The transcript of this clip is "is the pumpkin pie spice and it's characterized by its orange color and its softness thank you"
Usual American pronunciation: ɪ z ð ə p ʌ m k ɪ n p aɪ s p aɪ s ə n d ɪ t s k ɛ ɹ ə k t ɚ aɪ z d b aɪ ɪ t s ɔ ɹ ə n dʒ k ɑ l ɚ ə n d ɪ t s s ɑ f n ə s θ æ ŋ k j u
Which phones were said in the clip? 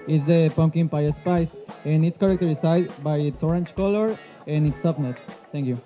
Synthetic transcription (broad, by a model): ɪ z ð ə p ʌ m k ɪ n p aɪ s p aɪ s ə n ɪ t s k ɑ ɹ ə k t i aɪ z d b aɪ ɪ t s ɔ ɹ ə n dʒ k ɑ l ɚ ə n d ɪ t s s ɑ p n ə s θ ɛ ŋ k j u